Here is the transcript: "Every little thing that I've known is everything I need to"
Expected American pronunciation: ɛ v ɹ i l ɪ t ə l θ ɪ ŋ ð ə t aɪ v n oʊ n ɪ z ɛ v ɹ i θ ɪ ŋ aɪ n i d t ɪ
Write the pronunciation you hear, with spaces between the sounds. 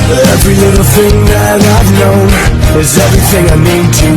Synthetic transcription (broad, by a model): ɛ v ɹ i l ɪ t l θ ɪ ŋ ð ə t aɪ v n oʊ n ɪ z ɛ v ɹ i θ ɪ ŋ aɪ n i d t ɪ